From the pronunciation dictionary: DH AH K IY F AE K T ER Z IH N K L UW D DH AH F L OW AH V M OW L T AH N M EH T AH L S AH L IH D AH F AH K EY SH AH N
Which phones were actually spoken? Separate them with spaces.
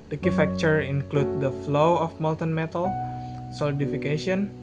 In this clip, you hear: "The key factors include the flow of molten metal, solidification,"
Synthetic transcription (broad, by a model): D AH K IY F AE K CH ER IH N K L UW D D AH F L OW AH F M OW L T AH N M EH T AH L S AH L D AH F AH K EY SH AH N